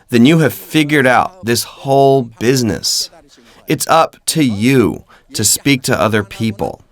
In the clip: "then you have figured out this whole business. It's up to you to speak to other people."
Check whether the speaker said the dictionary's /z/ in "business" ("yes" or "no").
yes